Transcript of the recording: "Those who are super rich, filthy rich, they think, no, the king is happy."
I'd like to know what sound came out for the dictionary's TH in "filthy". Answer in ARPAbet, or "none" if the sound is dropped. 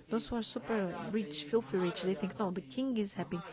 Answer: F